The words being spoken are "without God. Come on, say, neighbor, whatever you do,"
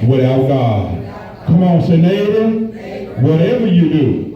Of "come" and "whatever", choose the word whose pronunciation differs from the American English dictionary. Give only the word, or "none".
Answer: none